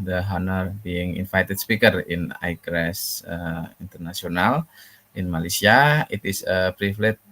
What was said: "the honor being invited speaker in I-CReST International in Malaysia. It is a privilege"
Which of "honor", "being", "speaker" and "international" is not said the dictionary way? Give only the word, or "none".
international